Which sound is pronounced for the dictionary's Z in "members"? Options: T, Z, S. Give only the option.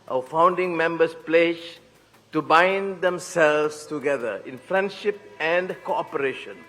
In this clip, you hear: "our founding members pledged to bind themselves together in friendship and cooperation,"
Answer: S